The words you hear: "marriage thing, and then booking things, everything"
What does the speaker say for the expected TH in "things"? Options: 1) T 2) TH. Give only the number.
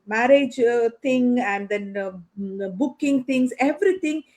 1